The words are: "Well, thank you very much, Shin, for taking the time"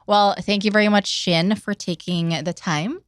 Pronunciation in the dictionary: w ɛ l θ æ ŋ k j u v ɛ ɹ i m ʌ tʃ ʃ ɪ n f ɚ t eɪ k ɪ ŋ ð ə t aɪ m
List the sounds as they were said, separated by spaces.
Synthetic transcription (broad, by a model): w ɛ l θ æ ŋ k j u v ɛ ɹ i m ʌ tʃ ʃ ɪ n f ɚ t eɪ k ɪ ŋ ð ə t aɪ m